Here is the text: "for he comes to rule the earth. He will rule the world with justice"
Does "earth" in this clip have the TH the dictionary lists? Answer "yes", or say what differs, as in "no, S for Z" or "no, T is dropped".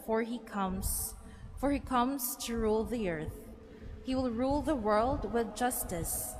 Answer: yes